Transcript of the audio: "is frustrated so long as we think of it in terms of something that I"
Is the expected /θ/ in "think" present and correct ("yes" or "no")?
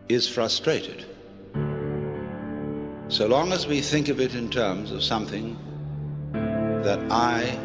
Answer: yes